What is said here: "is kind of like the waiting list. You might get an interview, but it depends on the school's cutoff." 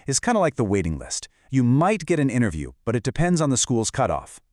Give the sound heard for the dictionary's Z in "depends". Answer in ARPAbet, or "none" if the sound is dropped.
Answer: Z